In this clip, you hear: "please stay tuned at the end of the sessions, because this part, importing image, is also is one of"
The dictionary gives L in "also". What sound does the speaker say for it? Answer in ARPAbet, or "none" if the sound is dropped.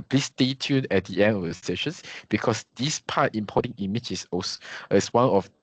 none